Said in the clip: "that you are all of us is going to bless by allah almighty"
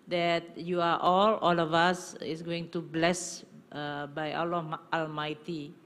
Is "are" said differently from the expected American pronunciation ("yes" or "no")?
yes